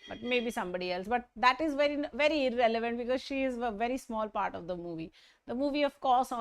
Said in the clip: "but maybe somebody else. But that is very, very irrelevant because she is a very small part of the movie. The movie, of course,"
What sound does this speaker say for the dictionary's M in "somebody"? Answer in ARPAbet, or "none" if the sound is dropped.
M